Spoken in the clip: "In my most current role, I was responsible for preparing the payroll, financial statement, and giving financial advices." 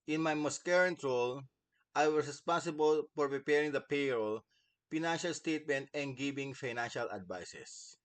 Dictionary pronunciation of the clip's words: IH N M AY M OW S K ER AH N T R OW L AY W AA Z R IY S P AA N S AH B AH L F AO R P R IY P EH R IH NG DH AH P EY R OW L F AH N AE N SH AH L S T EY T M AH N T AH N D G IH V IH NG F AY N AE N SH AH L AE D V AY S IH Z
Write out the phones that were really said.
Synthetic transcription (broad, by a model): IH N M AY M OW S K ER AH N T R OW L AY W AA S R IY S P AA N S AH B AH L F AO R P R IY P EH R IH NG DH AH P EY R OW L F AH N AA N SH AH L S T EY T M AH N T AH N D G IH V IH NG F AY N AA N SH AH L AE D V AY S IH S